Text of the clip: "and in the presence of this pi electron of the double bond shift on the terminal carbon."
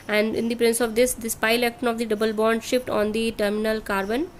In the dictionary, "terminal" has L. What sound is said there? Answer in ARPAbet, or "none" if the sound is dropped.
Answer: L